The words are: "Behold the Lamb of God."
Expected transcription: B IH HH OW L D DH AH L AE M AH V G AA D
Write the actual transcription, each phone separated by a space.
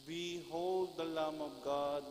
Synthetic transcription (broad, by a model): B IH HH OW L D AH L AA M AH B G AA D